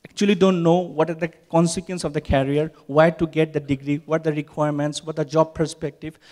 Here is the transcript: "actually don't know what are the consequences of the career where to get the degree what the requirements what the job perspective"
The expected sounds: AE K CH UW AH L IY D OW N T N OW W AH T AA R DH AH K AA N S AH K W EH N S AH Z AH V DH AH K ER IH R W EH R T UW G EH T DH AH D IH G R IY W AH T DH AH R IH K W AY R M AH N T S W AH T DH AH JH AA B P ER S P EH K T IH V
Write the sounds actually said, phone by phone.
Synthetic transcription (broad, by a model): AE K CH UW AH L IY D OW N T N OW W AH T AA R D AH K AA N S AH K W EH N S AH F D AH K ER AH R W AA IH T UW G EH T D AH D IH G R IY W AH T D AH R IH K W AY R M AH N T S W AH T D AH JH AA B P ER S P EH K T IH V